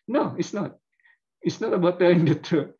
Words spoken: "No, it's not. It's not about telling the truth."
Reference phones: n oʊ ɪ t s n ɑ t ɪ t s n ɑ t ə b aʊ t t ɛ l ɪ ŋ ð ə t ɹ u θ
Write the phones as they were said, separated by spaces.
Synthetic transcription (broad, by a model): n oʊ ɪ t s n ɑ t ɪ t s n ɑ t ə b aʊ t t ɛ ɪ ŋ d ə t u